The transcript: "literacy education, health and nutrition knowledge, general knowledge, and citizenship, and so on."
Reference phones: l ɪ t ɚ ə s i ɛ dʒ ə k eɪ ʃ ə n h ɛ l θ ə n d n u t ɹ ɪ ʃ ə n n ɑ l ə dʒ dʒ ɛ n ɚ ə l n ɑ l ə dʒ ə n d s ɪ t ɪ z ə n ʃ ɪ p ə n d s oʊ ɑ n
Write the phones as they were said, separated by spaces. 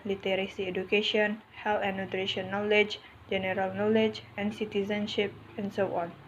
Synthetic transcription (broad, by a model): l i t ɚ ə s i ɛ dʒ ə k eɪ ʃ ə n h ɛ l t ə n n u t ɹ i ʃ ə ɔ n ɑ l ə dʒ dʒ ɛ n ɚ ə l n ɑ l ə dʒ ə n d s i t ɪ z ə n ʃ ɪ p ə n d s oʊ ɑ n